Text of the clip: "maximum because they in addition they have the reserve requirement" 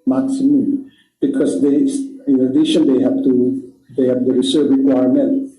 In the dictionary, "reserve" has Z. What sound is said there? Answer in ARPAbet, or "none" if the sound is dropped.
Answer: S